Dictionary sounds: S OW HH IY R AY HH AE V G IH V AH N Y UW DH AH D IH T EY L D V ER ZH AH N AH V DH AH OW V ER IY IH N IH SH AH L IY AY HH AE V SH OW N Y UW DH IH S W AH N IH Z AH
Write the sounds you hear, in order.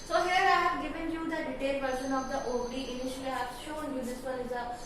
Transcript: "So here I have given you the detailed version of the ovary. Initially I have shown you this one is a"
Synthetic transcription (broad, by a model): S OW HH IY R AY HH AE V G IH V AH N Y UW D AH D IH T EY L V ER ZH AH N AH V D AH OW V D IY IH N IH SH AH L IY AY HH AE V SH OW N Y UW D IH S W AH L IH Z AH